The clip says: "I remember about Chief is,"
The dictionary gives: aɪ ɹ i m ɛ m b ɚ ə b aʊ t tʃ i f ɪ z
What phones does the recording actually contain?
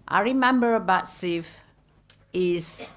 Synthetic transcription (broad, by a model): aɪ ɹ i m ɛ m b ɚ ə b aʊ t s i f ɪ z